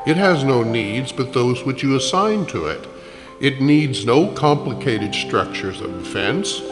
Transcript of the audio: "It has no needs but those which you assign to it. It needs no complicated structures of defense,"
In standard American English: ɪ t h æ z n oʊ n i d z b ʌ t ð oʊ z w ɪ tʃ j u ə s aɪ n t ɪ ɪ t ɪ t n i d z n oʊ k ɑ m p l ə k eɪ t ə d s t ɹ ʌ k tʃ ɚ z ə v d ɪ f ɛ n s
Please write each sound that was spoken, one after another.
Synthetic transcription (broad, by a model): ɪ t h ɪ z n oʊ n i d z b ʌ t ð oʊ z w ɪ tʃ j ə s aɪ n t ɪ ɪ t ɪ t n i d z n oʊ k ɑ m p l ə k eɪ t ə d s t ɹ ʌ k tʃ ɚ z ə v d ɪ f ɛ n s